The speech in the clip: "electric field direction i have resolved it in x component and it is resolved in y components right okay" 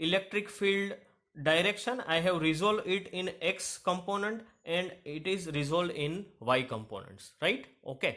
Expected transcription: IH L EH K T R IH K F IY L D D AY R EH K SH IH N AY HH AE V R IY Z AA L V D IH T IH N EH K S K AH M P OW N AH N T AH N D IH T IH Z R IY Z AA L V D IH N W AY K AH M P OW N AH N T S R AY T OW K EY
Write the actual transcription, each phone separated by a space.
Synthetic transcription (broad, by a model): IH L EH K T R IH K F IY L D D AY R EH K SH IH N AY HH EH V R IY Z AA L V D IH T IH N EH K S K AH M P OW N AH N T AH N D IH T IH Z R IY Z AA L D IH N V AY K AH M P OW N AH N T S R AY T OW K EY